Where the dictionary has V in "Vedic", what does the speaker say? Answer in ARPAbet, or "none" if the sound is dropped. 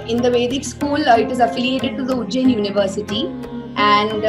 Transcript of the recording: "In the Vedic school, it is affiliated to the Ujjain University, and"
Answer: V